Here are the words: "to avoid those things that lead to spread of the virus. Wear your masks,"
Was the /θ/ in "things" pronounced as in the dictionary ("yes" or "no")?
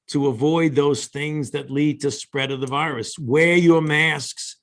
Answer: yes